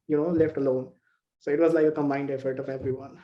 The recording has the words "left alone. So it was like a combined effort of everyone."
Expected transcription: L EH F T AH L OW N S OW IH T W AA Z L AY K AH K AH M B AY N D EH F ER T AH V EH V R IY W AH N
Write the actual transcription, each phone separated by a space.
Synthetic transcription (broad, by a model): L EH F T AH L OW N S OW IH T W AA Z L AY AH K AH M AY N D EH F ER T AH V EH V R IY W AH N